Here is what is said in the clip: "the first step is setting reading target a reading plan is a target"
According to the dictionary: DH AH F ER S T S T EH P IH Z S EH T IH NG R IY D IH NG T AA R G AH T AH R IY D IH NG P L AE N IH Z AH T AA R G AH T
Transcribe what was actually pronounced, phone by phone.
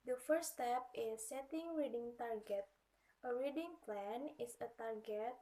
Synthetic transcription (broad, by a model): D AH F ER T S T EH P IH S EH T IH NG R IY D IH NG T AA R G AH T AH R IY D IH NG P L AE N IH S AH T AA R G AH T